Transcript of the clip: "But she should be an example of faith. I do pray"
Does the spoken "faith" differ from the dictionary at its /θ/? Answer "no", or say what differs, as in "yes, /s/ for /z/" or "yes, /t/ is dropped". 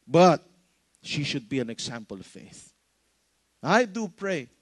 no